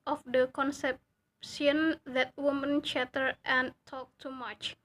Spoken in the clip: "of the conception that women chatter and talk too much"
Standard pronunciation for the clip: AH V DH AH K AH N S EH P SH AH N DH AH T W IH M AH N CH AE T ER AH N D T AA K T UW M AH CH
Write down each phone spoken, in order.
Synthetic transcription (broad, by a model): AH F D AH K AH N S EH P S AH N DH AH T W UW M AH N CH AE T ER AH N T AA K T UW M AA CH